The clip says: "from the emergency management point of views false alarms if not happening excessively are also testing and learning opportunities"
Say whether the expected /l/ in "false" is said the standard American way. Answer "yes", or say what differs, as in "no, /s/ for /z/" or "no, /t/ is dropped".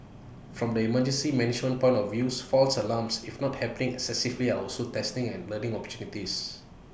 yes